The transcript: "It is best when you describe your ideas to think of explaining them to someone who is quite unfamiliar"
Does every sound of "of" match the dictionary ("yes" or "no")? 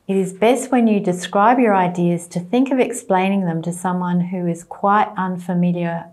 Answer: yes